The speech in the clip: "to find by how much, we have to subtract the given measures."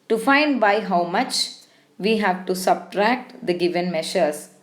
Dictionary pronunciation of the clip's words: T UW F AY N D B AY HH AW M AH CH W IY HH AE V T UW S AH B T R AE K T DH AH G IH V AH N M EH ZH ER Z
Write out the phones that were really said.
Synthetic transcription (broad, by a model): T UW F AY N D B AY HH AW M AH CH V IY HH AE V T UW S AH B T R AE K T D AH G IH V AH N M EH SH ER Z